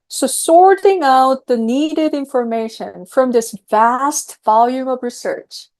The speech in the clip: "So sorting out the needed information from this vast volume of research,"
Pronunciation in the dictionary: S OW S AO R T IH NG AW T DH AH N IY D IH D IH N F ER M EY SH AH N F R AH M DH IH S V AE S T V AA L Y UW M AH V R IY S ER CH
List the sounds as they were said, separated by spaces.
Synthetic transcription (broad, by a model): S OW S AO R T IH NG AW T DH AH N IY D IH D IH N F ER M EY SH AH N F R AH M DH IH S V AE S T V AA L Y UW M AH V R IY S ER CH